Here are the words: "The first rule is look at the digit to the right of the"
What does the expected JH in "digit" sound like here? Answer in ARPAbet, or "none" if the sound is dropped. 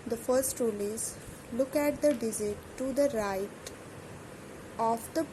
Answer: Z